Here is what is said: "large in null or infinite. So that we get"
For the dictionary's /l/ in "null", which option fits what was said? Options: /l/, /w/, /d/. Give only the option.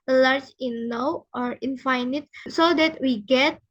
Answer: /w/